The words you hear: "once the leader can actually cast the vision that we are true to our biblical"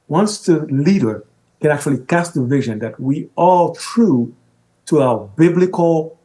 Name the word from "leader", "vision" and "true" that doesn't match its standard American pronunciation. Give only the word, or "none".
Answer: none